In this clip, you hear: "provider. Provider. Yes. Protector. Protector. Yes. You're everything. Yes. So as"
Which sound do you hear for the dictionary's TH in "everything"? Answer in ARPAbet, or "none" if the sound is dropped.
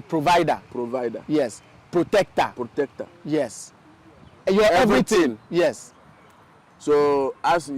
T